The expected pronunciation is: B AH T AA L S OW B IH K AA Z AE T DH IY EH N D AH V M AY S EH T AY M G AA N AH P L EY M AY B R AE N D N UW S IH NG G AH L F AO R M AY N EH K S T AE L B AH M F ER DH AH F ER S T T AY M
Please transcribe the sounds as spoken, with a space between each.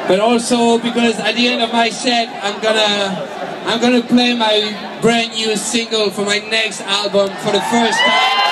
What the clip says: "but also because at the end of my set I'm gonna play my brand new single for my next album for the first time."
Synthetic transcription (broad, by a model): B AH T AA L S OW B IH K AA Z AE T DH IY EH N D AH V M AY S EH T AY M G AA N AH P L EY M AY B R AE N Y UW S IH NG G AH L F AO R M AY N EH K S T AE L B AH M F ER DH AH F ER S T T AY